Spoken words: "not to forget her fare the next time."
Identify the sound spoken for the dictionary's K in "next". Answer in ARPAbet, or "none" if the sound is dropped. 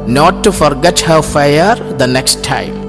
K